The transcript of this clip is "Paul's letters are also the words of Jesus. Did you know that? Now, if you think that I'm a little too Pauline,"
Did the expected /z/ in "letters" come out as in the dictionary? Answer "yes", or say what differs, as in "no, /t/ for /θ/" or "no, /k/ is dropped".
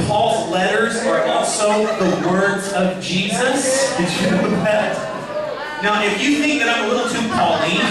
yes